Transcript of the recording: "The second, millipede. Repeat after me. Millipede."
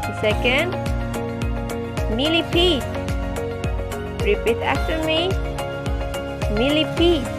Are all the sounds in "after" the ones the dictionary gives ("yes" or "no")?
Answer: no